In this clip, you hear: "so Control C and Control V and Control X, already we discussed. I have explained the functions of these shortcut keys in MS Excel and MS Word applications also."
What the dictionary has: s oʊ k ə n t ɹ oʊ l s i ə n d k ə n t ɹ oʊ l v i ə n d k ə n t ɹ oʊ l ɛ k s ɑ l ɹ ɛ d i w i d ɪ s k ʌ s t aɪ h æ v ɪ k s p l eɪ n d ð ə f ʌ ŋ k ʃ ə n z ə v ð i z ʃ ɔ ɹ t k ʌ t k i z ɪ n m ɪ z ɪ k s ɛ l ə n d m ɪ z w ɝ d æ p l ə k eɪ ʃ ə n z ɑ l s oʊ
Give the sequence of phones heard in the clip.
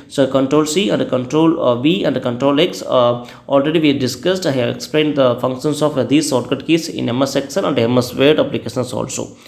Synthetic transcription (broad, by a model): s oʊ k ə n t ɹ oʊ l s i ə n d k ə n t ɹ oʊ l v i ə n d k ə n t ɹ oʊ l ɛ k s ɑ l ɹ ɛ d i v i d ɪ s k ʌ s t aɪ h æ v ɪ k s p l eɪ n d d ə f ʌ ŋ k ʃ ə n s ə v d i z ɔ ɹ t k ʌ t k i s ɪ n m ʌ s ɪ k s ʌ n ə n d m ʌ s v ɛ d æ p l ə k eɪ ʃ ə n s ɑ l s oʊ